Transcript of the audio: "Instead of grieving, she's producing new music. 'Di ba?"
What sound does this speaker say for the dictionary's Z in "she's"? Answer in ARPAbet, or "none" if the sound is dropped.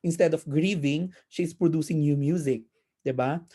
S